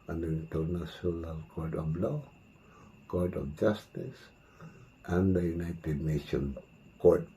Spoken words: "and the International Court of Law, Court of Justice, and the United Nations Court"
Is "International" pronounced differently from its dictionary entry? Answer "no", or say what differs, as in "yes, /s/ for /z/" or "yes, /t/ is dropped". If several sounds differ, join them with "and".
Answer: yes, /s/ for /ʃ/